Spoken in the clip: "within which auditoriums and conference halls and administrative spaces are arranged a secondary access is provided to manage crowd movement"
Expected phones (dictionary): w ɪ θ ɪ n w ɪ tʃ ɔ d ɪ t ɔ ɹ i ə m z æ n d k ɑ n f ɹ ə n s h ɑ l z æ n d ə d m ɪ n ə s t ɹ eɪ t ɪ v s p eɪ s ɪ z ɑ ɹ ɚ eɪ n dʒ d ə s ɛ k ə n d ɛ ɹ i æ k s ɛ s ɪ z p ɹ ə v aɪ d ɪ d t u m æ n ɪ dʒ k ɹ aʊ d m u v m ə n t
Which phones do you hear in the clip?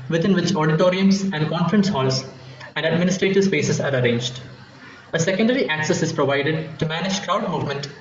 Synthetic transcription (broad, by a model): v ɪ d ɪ n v ɪ tʃ ɔ d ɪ t ɔ ɹ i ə m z æ n d k ɑ n f ɹ ə n s h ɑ l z æ n d ə d m ɪ n ə s t ɹ eɪ t ɪ v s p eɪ s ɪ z ɑ ɹ ɚ eɪ n dʒ d ə s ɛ k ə n d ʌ ɹ i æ k s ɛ s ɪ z p ɹ ə v aɪ d ɪ d t u m æ n ɪ dʒ k ɹ aʊ d m u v m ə n t